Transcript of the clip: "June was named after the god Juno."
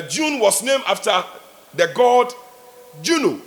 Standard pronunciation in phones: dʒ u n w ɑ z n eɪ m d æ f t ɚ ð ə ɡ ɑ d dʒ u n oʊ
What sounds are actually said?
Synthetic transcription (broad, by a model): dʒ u n w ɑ s n eɪ m ɑ f t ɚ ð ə ɡ ɑ d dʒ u n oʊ